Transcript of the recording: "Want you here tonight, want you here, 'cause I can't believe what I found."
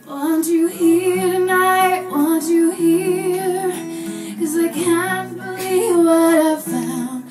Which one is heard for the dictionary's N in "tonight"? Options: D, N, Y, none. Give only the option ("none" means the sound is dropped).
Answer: N